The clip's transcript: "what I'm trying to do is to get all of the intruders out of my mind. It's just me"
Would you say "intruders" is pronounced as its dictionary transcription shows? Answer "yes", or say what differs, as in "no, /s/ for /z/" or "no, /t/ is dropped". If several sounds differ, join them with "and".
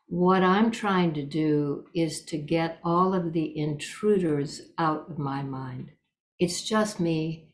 yes